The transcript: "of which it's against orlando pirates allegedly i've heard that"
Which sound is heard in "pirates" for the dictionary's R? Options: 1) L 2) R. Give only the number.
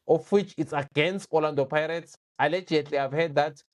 2